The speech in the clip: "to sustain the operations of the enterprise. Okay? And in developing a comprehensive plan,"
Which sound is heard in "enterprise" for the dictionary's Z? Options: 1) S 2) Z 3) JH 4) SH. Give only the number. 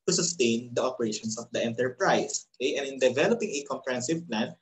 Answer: 1